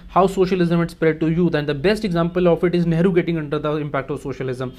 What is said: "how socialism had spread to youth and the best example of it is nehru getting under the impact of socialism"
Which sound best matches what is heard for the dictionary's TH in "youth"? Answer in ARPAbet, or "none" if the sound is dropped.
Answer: T